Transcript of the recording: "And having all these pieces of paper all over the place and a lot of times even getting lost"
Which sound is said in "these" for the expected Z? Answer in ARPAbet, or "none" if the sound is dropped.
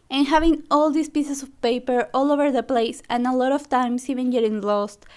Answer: S